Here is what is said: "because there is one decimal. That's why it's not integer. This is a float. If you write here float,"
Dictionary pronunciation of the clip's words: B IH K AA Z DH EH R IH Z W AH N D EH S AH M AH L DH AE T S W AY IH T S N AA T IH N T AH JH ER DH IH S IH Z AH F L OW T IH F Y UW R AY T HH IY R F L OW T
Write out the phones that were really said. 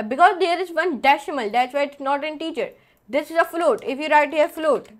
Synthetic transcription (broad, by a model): B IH K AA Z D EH R IH Z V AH N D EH SH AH M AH L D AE T S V AY IH T S N AA T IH N T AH CH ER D IH S IH Z AH F L OW T IH F Y UW R AY T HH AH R F L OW T